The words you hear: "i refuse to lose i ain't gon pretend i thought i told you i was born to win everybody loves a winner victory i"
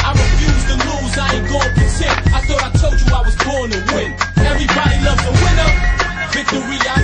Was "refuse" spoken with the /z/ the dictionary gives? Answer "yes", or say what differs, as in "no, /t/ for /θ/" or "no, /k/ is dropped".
yes